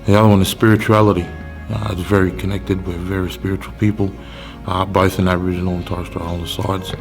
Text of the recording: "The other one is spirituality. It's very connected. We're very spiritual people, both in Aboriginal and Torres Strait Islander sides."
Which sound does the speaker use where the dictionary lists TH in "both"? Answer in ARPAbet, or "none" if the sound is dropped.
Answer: TH